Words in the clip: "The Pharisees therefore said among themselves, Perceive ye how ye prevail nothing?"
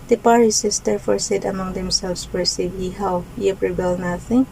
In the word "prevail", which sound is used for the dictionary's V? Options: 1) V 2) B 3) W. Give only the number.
2